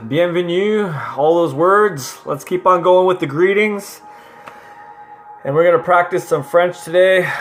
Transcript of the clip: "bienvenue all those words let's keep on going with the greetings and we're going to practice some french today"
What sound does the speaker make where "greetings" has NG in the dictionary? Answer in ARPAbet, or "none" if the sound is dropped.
NG